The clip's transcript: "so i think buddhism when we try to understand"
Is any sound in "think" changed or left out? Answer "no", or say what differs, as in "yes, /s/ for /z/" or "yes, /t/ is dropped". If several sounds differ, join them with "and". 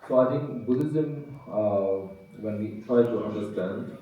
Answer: yes, /t/ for /θ/